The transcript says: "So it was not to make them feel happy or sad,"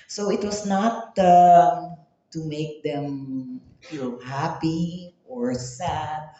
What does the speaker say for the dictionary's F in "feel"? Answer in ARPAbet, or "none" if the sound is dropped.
P